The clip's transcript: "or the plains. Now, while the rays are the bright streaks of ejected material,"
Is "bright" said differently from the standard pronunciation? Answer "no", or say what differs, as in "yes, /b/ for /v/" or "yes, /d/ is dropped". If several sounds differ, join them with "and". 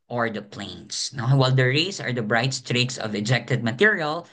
no